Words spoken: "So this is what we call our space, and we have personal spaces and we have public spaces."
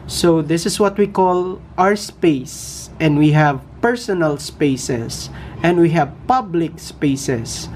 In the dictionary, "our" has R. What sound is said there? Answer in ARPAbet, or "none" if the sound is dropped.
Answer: R